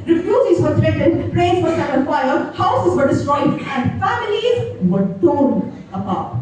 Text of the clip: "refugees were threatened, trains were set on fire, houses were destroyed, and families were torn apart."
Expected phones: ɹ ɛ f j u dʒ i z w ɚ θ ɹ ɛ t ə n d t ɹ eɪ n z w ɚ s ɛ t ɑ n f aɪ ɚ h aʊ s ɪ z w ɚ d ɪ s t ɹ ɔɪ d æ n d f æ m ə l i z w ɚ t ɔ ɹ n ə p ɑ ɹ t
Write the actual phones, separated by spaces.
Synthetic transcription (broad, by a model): ɹ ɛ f j u dʒ i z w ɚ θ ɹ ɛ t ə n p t ɹ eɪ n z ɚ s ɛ ɑ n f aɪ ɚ h aʊ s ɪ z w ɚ d ɪ s t ɹ ɔɪ d æ n d f æ m ə l i z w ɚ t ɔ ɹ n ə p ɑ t